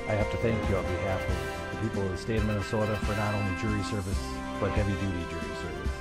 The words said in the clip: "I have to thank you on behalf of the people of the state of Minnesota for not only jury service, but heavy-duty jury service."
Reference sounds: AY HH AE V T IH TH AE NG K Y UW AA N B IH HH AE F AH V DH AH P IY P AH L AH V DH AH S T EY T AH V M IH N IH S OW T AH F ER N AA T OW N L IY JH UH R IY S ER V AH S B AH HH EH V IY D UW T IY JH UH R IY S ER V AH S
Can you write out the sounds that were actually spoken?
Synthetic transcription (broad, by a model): AY HH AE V T IH TH AE NG K Y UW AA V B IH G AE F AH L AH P IY P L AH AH S T EY AH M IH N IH S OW T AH F ER N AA T OW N L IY JH UH R IY S ER V AH S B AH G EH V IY D UW T IY JH UH R IY S ER V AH S